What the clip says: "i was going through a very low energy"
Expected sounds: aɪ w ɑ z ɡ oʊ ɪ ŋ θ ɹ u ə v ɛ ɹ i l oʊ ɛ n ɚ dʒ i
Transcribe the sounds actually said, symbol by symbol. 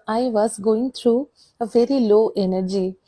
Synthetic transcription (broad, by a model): aɪ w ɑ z ɡ oʊ ɪ ŋ t ɹ u ə v ɛ ɹ i l oʊ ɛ n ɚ dʒ i